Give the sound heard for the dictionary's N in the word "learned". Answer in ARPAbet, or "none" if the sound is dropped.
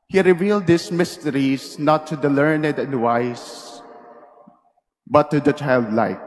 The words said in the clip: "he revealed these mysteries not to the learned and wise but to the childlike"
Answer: N